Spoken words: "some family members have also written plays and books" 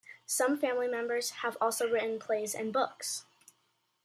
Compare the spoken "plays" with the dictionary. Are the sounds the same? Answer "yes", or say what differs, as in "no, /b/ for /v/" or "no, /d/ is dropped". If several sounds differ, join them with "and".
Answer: yes